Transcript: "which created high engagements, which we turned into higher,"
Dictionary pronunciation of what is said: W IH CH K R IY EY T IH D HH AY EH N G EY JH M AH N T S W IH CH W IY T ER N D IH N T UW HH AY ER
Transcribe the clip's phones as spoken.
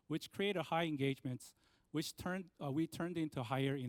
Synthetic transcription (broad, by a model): W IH CH K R IY EY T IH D HH AY EH N G EY JH M AH N T S W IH CH W IY T ER N D IH N T UW HH AY ER